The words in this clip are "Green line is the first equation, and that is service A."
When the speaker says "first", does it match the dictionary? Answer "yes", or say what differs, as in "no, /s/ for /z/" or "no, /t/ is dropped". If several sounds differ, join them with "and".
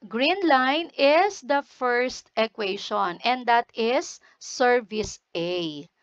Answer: yes